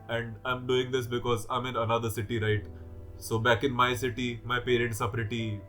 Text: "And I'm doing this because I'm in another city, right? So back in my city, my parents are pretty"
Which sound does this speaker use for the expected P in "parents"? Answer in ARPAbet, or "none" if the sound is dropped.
P